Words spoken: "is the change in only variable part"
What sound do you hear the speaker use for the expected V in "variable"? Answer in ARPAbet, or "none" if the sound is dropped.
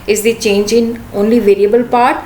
V